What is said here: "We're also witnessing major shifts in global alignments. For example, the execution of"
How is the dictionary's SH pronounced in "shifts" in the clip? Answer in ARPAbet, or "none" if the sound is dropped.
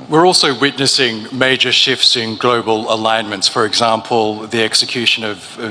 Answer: SH